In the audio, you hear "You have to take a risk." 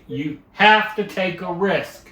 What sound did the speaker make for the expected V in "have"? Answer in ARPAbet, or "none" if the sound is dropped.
F